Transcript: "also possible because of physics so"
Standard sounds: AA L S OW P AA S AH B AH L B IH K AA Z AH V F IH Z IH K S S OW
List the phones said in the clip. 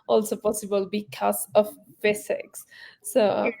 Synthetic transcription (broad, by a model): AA L S OW P AA S AH B AH L B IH K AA S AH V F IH S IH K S S OW